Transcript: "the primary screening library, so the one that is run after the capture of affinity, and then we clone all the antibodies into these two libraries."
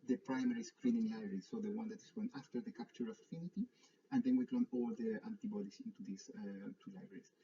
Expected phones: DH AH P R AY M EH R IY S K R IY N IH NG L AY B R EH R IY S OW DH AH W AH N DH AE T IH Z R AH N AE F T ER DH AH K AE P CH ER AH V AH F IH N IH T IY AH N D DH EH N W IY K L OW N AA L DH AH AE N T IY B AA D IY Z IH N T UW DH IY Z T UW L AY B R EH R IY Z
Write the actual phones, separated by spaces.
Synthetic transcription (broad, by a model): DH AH P R AY M EH R IY S K R IY N IH NG L AY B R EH R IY S OW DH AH W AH N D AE T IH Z W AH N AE F T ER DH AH K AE P CH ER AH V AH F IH N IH T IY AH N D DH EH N W IY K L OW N AA L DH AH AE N T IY B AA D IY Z IH N T UW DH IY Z T UW L AY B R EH R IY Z